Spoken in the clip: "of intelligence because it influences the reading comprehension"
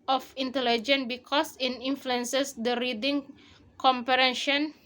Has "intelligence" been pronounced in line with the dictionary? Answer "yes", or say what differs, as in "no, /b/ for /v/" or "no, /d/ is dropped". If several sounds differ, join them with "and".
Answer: no, /s/ is dropped